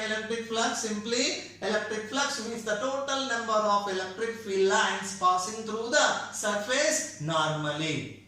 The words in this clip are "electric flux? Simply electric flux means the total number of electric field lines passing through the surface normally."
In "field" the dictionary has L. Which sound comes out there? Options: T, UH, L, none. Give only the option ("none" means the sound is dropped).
none